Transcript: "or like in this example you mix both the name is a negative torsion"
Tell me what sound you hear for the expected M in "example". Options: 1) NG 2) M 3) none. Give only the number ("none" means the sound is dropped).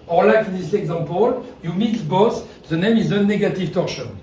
3